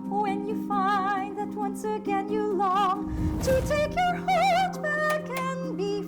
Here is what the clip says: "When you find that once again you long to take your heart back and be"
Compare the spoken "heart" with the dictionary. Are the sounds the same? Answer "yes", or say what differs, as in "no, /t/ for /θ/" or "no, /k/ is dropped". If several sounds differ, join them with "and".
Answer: no, /l/ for /ɹ/